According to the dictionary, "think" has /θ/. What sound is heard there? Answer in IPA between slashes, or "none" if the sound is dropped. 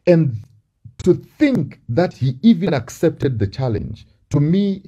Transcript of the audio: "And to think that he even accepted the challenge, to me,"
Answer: /θ/